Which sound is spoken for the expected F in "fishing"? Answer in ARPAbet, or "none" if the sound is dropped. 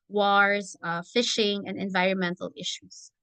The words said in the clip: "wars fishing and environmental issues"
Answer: F